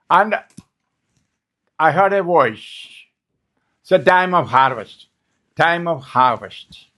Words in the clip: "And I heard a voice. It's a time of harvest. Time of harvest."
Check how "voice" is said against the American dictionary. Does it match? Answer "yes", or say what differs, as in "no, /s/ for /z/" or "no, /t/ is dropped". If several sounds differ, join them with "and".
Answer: no, /s/ is dropped